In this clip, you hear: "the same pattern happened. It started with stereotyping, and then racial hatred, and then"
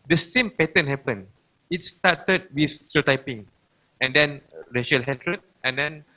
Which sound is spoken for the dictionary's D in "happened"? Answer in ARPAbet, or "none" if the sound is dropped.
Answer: none